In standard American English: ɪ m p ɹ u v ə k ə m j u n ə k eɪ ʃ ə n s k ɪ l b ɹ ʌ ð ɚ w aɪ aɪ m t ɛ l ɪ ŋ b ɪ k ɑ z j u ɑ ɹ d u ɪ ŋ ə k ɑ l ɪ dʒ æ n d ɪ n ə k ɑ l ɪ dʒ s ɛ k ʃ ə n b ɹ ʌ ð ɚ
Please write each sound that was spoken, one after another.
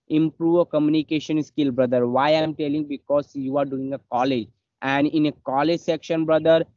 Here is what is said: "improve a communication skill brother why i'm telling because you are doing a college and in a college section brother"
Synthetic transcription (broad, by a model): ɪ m p ɹ u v ə k ə m j u n ə k eɪ ʃ ə n s k ɪ l b ɹ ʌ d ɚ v aɪ aɪ m t ɛ l ɪ ŋ b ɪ k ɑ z j u ɑ ɹ d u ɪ ŋ ə k ɑ l ɪ dʒ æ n d ɪ n ə k ɑ l ɪ dʒ s ɛ k ʃ ə n b ɹ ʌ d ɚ